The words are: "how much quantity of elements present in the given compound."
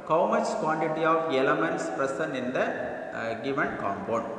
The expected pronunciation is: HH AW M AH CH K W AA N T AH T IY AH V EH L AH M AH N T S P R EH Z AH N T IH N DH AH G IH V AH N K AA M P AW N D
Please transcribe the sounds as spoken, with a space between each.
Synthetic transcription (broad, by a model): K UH M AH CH K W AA N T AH T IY AH V EH L AH M AH N T S P R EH S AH N IH N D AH G IH V AH N K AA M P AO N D